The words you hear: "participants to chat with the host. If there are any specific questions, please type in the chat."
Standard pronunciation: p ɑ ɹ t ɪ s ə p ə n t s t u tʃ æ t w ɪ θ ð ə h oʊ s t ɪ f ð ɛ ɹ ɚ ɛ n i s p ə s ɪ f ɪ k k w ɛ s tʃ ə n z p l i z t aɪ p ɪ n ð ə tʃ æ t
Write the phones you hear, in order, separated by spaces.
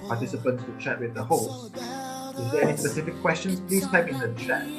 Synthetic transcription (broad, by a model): p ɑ t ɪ s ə p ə n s t u tʃ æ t w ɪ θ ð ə h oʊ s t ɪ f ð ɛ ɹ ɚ ɛ n i s p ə s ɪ f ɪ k k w ɛ s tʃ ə n p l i t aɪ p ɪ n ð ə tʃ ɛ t